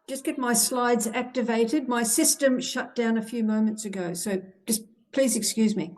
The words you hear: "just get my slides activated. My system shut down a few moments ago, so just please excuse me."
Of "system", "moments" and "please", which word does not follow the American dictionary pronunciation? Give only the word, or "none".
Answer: none